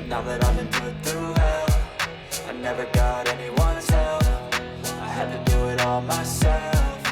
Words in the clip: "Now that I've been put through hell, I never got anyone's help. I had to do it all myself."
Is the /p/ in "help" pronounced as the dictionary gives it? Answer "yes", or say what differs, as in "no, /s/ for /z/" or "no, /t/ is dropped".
no, /f/ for /p/